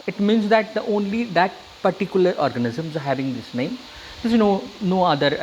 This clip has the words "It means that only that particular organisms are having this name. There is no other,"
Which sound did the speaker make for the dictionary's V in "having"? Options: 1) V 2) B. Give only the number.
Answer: 1